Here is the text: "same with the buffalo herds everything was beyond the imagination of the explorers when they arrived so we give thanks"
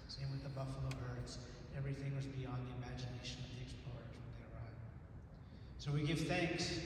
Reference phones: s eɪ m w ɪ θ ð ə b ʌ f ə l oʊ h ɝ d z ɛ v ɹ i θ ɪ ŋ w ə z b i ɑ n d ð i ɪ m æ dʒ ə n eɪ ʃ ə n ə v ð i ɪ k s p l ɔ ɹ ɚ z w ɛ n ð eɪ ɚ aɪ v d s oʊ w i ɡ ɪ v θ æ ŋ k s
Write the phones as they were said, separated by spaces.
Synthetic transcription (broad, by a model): s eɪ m w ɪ ð ə b ʌ f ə l oʊ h ɝ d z ɛ v ɹ i θ ɪ ŋ w ə z b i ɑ n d ð i ɪ m æ dʒ ə n eɪ ʃ ə n ə v ð i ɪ k s p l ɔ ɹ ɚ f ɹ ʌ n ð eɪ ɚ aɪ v s oʊ w i ɡ ɪ v θ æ ŋ k s